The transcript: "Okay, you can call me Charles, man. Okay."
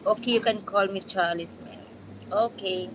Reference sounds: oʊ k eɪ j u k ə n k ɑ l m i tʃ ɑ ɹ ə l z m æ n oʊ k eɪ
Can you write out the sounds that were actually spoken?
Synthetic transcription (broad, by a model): oʊ k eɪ j u k ə n k ɑ l m i tʃ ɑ l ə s m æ oʊ k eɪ